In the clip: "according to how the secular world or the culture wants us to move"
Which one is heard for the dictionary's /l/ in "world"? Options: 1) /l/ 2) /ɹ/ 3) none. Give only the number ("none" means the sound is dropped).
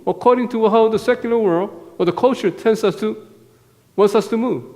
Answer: 1